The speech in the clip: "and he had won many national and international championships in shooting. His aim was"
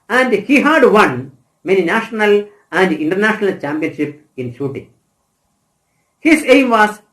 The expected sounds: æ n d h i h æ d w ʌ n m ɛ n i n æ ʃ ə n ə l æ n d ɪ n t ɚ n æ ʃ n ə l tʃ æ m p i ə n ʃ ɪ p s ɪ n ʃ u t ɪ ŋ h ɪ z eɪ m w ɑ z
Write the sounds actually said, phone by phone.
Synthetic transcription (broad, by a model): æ n d h i h æ d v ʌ n m ɛ n i n æ ʃ ə n ə l æ n d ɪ n t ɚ n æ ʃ n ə l tʃ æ m p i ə n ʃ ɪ p ɪ n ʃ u t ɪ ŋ h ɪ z eɪ m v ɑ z